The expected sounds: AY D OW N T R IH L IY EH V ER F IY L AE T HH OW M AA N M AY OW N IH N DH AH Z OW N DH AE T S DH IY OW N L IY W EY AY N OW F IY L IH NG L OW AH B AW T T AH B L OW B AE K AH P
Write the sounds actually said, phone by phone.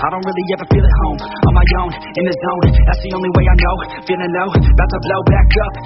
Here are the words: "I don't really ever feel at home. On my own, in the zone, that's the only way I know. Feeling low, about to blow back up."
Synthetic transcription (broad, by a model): AY D OW N T R IH L IY EH V ER F IY L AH T HH OW M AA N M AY OW N IH N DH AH Z OW N DH AE T S DH IY OW N L IY W EY AY N OW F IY N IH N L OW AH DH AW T S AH B L OW B AE K AH P